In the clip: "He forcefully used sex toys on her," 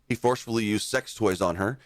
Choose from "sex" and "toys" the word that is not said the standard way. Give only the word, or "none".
none